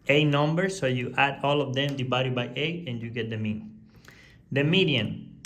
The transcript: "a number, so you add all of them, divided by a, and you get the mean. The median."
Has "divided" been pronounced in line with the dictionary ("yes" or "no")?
no